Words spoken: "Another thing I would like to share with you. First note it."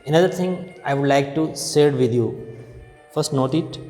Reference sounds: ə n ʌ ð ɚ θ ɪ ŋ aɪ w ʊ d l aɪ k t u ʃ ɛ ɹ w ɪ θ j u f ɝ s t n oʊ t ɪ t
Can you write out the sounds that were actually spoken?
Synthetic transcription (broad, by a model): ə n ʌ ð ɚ t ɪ ŋ aɪ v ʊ d l aɪ k t u s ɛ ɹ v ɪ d j u f ɝ s t n oʊ t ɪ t